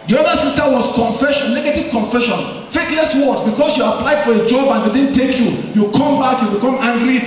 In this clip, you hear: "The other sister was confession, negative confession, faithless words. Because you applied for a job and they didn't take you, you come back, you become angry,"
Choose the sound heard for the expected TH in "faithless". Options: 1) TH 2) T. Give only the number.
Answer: 2